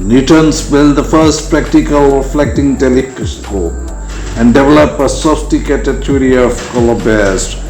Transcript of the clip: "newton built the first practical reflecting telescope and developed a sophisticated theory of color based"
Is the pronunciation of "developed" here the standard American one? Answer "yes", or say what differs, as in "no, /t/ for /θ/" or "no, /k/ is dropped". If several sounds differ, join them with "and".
no, /t/ is dropped